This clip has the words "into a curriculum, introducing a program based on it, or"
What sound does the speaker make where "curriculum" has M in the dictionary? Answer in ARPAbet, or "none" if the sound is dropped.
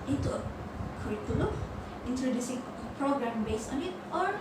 none